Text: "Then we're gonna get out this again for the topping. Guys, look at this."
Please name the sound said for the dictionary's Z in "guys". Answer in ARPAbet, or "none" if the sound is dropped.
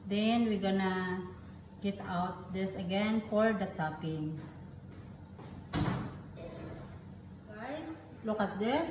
S